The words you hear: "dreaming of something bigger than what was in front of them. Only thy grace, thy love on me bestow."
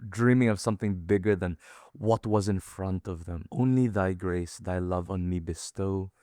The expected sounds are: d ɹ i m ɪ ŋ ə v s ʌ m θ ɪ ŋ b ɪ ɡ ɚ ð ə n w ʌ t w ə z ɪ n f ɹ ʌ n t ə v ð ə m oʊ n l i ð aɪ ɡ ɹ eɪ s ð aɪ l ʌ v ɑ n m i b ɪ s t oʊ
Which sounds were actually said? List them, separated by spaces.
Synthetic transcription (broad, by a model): d ɹ i m ɪ ŋ ə v s ʌ m θ ɪ ŋ b ɪ ɡ ɚ ð ə n w ʌ t w ə z ɪ n f ɹ ʌ n t ə v ð ə m oʊ n l i ð aɪ ɡ ɹ eɪ s ð aɪ l ʌ v n m i b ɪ s t oʊ